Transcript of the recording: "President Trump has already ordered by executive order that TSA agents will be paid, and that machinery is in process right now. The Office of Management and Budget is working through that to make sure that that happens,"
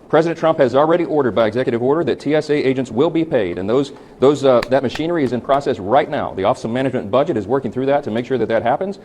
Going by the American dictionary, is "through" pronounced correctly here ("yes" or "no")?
yes